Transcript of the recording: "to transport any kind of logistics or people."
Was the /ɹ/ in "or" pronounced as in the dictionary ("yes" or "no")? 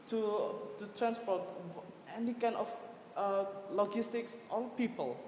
no